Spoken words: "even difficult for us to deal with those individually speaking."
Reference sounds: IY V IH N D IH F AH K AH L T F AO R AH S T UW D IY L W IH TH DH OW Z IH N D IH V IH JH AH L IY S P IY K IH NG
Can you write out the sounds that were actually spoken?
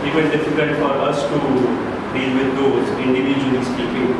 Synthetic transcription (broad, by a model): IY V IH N D IH F AH K AH L T F AO R AH S T UW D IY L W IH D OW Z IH N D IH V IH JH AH N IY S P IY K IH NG